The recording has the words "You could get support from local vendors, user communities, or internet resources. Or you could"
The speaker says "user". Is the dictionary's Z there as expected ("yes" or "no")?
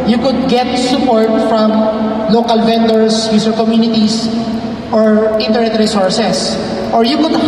no